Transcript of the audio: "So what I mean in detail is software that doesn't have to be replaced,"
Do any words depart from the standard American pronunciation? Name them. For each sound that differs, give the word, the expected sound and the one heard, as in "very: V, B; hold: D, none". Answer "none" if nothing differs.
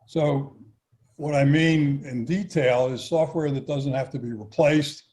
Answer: have: V, F